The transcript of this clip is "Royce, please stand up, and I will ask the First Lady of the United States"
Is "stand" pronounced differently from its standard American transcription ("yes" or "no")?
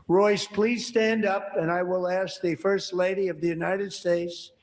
no